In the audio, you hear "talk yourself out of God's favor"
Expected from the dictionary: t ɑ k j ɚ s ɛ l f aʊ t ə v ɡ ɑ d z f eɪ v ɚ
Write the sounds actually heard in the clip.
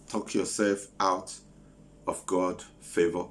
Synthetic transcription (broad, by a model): t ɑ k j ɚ s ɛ l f aʊ t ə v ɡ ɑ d f eɪ v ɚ